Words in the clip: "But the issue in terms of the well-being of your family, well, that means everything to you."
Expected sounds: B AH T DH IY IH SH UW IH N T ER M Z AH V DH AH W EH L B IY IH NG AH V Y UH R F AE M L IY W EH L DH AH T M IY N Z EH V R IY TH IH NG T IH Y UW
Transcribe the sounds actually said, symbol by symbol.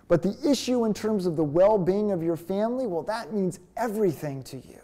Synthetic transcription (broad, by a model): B AH T DH IY IH SH UW IH N T ER M Z AH V DH AH W EH L B IY IH NG AH V Y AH R F AE M L IY W EH L DH AH T M IY N Z EH V R IY TH IH NG T IH Y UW